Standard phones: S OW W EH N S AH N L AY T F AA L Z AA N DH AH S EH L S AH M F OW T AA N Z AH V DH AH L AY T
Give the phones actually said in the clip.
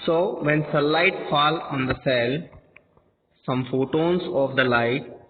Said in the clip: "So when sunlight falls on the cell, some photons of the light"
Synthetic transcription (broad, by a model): S OW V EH N S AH L AY T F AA L AA N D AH S EH L S AH M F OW T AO N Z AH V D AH L AY T